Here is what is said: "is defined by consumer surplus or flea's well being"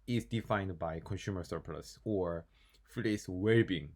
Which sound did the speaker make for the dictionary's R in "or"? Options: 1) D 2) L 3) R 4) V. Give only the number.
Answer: 3